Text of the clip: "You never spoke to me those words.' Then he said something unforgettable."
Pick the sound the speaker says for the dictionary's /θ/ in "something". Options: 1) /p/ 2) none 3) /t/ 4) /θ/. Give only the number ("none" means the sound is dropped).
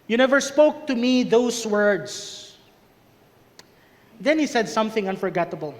4